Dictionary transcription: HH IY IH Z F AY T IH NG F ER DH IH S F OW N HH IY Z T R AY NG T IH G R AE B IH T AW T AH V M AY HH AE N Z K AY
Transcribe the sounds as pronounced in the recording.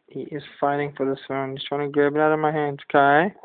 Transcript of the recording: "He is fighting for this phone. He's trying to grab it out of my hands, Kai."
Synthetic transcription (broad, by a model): HH IY IH Z F AY T IH NG F ER DH IH S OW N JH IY S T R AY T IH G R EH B IH T AW T AH V M AY HH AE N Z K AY